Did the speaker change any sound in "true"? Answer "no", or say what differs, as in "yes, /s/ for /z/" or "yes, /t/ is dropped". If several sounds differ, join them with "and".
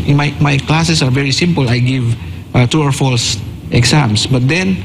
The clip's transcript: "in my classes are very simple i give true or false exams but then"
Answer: yes, /ɹ/ is dropped